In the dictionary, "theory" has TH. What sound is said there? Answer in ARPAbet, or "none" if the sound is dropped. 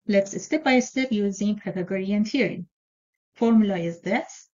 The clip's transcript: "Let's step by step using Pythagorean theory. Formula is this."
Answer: T